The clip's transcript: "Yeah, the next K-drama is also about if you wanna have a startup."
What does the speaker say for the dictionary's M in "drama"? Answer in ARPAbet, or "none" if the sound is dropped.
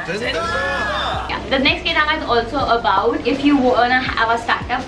none